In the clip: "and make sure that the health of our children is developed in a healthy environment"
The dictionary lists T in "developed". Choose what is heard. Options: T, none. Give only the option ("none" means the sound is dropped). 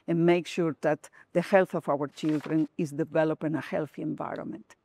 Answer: none